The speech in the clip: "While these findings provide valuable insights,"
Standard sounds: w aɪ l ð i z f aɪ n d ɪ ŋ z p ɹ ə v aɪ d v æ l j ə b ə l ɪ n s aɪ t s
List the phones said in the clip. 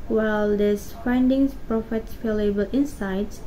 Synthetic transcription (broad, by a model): w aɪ l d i s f aɪ n d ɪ ŋ s p ɹ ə f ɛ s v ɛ l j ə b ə l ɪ n s aɪ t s